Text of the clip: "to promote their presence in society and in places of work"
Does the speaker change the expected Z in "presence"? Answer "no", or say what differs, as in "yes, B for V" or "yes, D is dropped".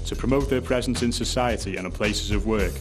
no